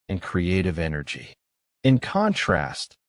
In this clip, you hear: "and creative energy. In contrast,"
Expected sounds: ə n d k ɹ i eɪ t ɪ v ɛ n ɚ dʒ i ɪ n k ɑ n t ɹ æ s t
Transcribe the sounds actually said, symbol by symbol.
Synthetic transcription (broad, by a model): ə n k ɹ i eɪ t ɪ v ɛ n ɚ dʒ i ɪ n k ɑ n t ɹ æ s t